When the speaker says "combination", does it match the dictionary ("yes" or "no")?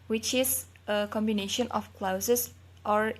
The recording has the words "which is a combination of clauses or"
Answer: yes